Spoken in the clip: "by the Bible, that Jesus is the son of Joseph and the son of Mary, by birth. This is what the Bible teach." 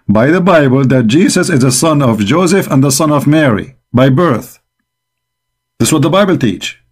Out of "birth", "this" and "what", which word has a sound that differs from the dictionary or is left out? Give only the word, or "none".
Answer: none